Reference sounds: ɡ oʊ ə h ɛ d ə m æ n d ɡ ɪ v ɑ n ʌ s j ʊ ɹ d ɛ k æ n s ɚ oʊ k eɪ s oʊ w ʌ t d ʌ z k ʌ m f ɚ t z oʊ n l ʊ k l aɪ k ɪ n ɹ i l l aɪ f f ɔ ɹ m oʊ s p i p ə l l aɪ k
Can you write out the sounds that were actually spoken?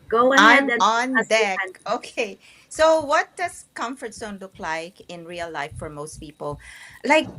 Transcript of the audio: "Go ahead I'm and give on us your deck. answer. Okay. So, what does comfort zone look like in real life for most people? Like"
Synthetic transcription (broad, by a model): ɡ oʊ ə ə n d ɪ ɑ n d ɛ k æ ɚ oʊ k eɪ s oʊ w ʌ t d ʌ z k ʌ m f ɚ t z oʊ n l ʊ k l aɪ k ɪ n ɹ i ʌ l aɪ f f ɔ ɹ m oʊ s p i p ə l l aɪ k